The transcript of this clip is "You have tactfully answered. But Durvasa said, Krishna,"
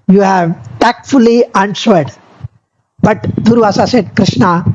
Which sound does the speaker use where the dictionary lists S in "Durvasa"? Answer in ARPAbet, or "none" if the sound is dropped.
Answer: S